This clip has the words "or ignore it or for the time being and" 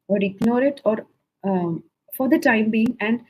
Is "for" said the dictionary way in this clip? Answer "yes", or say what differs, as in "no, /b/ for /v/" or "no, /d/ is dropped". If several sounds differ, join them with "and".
yes